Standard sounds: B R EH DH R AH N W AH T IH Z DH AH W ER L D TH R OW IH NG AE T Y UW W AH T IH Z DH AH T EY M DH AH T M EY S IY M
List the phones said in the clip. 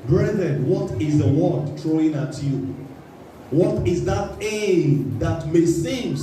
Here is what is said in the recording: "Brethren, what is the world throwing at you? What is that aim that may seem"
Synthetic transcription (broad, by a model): B R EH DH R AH N W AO T IH Z DH AH W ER D T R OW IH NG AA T Y UW W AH T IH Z DH AH T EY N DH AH T M EY S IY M